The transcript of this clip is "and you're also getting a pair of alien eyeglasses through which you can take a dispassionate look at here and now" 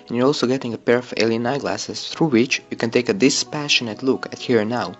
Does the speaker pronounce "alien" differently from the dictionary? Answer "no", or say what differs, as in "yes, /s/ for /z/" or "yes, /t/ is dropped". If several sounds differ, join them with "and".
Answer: no